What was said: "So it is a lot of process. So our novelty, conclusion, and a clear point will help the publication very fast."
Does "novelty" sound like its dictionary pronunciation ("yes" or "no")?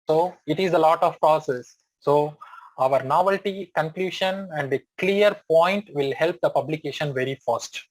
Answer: yes